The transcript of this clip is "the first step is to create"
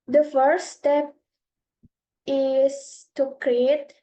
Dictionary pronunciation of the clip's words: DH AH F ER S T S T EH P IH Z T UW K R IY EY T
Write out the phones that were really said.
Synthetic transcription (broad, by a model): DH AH F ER T S T EH P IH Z T UW K R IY EY T